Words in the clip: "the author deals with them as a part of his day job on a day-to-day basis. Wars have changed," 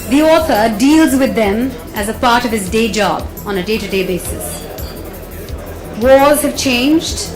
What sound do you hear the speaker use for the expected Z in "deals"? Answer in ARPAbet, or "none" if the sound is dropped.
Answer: Z